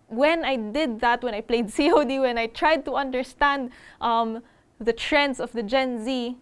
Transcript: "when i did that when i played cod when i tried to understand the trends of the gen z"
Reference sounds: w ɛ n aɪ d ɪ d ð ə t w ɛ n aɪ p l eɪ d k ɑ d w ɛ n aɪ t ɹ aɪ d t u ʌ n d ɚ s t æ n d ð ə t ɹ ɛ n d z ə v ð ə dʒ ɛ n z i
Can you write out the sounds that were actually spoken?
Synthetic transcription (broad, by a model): w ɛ n aɪ d ɪ d ð ə t w ɛ n aɪ p l eɪ d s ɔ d w ɛ n aɪ t ɹ aɪ d t u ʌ n d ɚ s t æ n d ð ə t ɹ ɛ n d s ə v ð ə dʒ ɛ n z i